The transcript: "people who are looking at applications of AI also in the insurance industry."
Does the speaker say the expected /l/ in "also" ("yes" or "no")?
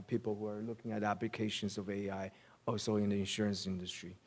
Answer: no